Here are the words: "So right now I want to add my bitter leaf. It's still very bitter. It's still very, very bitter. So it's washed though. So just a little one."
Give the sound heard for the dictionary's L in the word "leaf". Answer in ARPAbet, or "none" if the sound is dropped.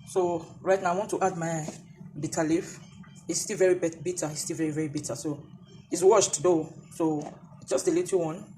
L